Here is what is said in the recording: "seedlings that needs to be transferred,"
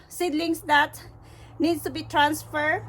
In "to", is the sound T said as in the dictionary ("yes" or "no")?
yes